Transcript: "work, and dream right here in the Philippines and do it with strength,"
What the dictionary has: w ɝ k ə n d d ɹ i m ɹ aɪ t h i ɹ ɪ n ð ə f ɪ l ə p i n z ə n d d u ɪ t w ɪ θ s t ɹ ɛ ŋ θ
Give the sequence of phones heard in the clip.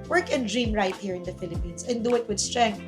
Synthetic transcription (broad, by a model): w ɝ k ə n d d ɹ i m ɹ aɪ t h i ɹ ɪ n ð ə f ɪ l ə p i n s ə n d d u ɪ t w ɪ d s t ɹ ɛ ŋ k